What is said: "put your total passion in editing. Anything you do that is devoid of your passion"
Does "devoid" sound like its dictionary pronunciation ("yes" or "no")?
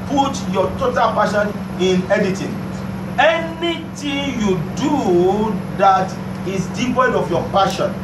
no